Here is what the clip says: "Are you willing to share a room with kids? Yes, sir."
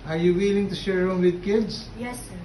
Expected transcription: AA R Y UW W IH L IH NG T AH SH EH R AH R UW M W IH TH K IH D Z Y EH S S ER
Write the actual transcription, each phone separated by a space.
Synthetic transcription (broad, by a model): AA R Y UW W IH L IH NG T AH SH EH R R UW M W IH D K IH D S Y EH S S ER